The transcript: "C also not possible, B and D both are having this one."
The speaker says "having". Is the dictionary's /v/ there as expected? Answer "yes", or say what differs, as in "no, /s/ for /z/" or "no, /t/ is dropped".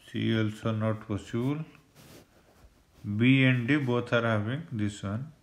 no, /b/ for /v/